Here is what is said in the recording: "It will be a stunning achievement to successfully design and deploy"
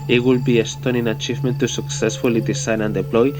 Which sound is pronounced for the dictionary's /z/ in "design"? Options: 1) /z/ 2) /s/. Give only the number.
2